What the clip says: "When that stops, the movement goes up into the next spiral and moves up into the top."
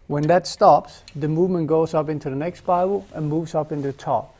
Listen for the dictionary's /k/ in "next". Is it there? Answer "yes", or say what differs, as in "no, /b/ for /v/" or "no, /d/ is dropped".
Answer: yes